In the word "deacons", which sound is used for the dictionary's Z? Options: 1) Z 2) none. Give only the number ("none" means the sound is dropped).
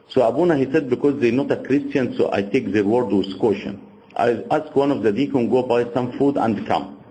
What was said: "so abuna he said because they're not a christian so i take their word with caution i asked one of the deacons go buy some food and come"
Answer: 2